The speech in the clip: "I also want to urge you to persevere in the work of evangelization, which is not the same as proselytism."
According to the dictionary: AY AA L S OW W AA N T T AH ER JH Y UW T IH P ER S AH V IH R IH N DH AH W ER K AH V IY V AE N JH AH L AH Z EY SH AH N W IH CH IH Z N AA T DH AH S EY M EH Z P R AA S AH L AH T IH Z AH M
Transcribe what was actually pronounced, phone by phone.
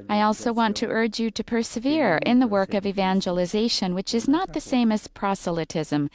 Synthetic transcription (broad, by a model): AY AA L S OW W AA N T T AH ER JH Y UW T IH P ER S AH V IH R IH N DH AH W ER K AH V IY V AE N JH AH L AH Z EY SH AH N W IH CH IH Z N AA T DH AH S EY M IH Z P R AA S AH L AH T IH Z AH M